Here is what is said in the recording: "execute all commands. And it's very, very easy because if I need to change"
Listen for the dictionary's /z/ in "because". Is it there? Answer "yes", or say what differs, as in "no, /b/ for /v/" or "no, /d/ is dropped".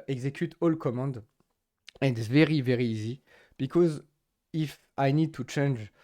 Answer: yes